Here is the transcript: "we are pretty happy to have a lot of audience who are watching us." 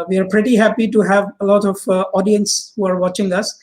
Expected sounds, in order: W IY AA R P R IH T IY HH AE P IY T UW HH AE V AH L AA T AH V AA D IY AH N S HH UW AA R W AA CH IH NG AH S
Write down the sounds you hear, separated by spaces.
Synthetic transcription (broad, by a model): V IY AA R P R IH T IY HH AE P IY T UW HH AE V AH L AA T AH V AA D IY AH N S HH UW AA R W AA CH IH NG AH S